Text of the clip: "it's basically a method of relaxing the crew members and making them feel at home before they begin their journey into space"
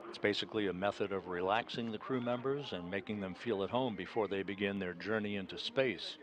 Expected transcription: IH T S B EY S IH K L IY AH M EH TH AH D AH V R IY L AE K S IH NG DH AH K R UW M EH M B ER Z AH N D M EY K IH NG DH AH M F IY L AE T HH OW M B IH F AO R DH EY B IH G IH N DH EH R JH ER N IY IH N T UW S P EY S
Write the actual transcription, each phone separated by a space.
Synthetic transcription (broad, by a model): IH T S B EY S IH K L IY AH M EH TH AH D AH V R IY L AE K S IH NG DH AH K R UW M EH M B ER Z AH N M EY K IH NG DH AH M F IY L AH T HH OW M B IH F AO R DH EY B IH G IH N DH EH R JH ER N IY IH N T UW S P EY S